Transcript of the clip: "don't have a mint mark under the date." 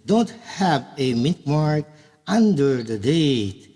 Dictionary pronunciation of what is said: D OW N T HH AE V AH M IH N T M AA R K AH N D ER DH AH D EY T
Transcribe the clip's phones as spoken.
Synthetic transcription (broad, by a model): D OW N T HH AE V AH M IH T M AA R K AH N D ER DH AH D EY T